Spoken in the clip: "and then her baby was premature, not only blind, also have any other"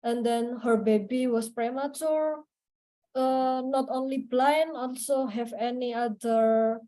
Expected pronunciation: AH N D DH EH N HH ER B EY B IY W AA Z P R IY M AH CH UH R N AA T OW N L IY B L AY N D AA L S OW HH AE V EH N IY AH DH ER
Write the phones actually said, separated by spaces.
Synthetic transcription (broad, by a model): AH N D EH N HH ER B EY B IY W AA S P R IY M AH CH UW R N AA T OW N L IY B L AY N AA L S OW HH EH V EH N IY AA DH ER